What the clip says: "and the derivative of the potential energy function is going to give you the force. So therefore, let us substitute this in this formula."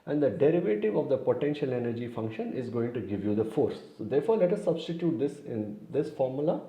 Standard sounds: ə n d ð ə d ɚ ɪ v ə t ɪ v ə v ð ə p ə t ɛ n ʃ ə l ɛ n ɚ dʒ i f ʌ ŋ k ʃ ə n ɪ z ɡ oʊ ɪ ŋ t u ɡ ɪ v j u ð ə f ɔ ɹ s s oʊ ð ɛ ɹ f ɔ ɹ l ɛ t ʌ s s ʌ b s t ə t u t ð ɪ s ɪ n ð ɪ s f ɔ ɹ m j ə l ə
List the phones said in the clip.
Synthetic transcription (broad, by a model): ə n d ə d ɚ ɪ v ə t ɪ v ə v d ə p ə t ɛ n ʃ ə l ɛ n ɚ dʒ i f ʌ ŋ k ʃ ə n ɪ z ɡ oʊ ɪ ŋ t u ɡ ɪ v j u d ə f ɔ ɹ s s oʊ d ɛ ɹ f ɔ ɹ l ɛ t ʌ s s ʌ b s t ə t u t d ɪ s ɪ n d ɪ s f ɔ ɹ m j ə l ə